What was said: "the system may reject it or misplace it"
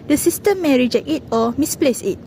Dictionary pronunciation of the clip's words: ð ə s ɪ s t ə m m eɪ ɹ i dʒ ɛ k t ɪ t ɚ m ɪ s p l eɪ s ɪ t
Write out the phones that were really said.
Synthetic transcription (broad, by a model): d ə s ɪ s t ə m m eɪ ɹ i dʒ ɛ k ɪ t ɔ m ɪ s p l eɪ s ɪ t